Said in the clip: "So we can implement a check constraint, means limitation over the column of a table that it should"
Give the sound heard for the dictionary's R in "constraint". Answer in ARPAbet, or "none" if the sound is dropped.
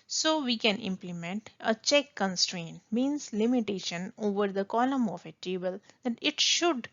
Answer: R